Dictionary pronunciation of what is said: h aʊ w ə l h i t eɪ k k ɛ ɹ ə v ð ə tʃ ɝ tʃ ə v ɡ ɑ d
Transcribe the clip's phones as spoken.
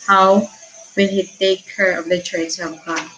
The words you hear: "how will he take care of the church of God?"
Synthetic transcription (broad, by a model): h aʊ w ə n h i t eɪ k k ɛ ɹ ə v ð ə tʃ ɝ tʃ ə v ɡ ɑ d